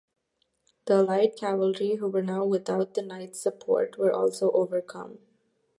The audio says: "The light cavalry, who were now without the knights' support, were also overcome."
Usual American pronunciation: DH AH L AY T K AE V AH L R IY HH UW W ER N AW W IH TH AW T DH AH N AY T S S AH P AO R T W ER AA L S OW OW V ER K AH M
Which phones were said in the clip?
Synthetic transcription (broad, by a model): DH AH L AY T K AE V AH L R IY HH UW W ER N AW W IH T AW T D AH N AY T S S AH P AO R T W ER AA L S OW OW V ER K AH M